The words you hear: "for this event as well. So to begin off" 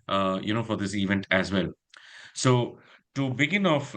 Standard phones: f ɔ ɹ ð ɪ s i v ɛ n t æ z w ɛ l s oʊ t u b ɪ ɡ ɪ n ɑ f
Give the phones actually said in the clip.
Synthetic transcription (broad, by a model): f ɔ ɹ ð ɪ s i v ɛ n t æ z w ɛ l s oʊ t u b ɪ ɡ ɪ n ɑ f